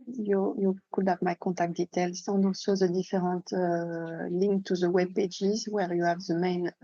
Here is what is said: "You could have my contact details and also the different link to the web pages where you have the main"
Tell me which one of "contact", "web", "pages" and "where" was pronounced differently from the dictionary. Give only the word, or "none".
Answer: contact